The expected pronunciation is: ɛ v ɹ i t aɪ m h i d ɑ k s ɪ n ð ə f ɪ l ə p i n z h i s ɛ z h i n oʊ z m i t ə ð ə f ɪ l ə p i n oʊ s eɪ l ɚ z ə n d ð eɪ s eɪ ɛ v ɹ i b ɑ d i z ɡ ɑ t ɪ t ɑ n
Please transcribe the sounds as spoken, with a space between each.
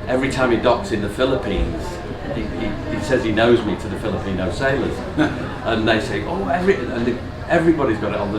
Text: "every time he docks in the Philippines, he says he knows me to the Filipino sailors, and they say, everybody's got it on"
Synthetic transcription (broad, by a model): ɛ v ɹ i t aɪ m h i d ɑ k s ɪ n ð ə f ɪ l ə p i n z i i s ɛ z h i n oʊ z m i t ə ð ə f ɪ l ə p i n oʊ s eɪ l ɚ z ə n ð eɪ s eɪ ɛ v ɹ i b ɑ d i z ɡ ɑ t ɪ t n